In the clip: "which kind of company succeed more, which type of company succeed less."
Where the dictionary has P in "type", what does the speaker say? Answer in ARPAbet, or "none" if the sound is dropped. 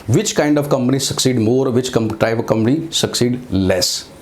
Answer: none